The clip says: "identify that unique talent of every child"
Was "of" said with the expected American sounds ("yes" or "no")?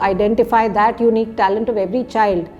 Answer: yes